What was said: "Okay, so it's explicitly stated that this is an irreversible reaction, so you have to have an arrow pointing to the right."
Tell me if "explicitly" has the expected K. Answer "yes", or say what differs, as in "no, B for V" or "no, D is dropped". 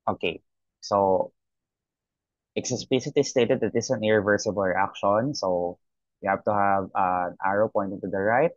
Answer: no, K is dropped